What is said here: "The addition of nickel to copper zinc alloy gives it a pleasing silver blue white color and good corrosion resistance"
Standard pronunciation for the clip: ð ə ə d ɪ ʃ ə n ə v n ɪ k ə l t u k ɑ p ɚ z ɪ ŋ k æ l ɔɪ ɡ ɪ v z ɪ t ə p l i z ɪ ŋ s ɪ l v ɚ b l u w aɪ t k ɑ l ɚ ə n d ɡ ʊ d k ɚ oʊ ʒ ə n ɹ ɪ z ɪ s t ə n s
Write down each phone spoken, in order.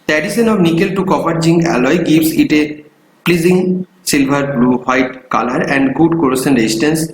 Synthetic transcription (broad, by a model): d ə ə d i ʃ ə n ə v n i k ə l t u k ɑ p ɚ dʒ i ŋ æ l ɔɪ ɡ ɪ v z ɪ t ə p l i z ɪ ŋ s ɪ l b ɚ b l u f aɪ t k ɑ l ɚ ə n d ɡ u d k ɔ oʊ s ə n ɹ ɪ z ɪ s t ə n s